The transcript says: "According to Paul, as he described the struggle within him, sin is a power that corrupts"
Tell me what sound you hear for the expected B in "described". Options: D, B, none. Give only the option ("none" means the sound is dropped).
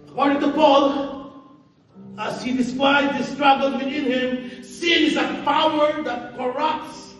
none